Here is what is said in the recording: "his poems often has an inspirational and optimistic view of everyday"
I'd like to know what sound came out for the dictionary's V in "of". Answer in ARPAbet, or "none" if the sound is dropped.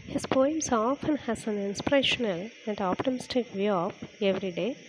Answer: P